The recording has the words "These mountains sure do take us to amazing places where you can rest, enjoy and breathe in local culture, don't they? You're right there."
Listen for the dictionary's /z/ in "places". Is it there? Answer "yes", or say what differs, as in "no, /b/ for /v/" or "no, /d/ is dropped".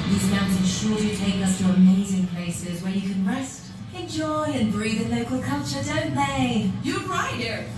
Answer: yes